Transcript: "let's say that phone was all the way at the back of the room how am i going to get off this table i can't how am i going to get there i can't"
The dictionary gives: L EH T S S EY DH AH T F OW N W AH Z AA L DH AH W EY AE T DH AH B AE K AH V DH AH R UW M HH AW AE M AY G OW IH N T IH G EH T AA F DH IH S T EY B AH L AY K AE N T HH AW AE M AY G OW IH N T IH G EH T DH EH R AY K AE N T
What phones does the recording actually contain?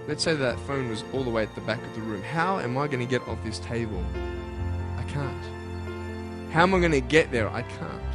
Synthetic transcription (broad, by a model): L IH T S S EY DH AH T F OW N W AH Z AA L DH AH W EY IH T DH AH B AE K AH V DH AH R UW M HH AW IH M AY G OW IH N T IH G EH T AA F DH IH S T EY B AH L AY K AE N T HH AW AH M AY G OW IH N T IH G EH T DH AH R AY K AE N T